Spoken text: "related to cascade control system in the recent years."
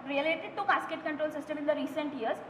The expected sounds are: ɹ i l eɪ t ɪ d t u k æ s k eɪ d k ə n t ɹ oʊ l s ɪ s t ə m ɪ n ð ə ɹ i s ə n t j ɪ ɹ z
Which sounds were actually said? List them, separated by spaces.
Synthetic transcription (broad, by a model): ɹ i l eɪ t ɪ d t u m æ s k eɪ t k ə n t ɹ oʊ l s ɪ s t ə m ɪ n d ə ɹ i s ə n t j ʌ ɹ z